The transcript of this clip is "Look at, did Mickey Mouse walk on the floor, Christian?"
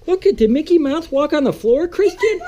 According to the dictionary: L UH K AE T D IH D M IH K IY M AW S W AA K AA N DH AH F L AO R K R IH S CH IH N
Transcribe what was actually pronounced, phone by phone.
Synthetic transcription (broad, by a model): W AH K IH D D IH M IH K IY M AW TH W AA K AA N DH AH F L AO R K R IH S CH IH N